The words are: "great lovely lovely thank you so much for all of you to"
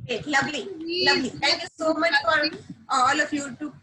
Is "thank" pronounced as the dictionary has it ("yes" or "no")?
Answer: no